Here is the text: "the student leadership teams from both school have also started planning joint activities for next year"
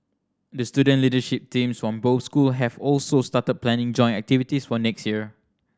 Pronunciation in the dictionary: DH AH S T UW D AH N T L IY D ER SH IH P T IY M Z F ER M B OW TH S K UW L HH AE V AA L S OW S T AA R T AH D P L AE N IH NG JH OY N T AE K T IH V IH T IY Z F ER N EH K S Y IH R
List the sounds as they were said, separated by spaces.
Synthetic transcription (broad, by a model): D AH S T UW D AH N L IY D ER SH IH P T IY M S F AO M B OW S K UW L HH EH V AA L S OW S T AA T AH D P L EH N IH NG JH OY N AE K T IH V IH T IY S F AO N EH K S Y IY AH